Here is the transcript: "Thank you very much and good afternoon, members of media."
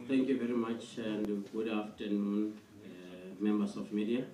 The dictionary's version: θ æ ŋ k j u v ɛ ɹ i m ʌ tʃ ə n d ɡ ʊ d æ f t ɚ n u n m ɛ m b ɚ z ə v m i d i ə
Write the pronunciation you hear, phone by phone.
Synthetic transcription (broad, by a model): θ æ ŋ k j u v ɛ ɹ i m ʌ tʃ ə n d ɡ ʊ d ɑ f t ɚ n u n m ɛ m b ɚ s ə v m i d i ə